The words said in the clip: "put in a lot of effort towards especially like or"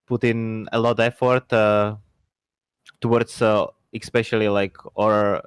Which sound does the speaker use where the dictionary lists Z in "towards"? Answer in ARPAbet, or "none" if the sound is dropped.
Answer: S